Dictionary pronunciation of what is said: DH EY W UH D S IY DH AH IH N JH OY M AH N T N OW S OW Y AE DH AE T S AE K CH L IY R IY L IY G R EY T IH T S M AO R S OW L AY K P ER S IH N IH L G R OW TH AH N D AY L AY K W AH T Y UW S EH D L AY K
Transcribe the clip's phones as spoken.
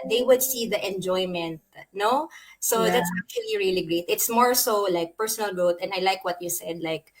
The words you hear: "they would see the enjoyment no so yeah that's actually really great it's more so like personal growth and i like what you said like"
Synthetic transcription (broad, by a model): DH EY W UH D S IY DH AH IH N JH OY M AH N T N OW S OW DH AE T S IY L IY R IY L IY G R EY T IH T S M AO R S OW L AY K P ER S IH N IH L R OW T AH N AY L AY K W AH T Y UW S EH D L AY K